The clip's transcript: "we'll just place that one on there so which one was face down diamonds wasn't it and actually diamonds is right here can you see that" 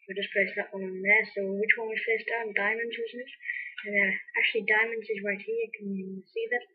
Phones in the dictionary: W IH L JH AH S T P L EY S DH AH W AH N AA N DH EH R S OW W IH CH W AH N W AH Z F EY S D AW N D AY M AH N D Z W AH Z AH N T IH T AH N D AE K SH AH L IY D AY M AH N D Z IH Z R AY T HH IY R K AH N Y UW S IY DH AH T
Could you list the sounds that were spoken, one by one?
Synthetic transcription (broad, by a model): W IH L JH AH S P L EY S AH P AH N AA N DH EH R S OW W IH CH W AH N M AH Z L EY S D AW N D AY M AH N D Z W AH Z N IH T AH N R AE K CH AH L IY D AY M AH N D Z IH Z R AY T HH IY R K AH N S IY DH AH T